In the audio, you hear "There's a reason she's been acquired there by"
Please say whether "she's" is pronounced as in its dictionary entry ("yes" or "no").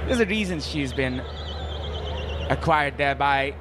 yes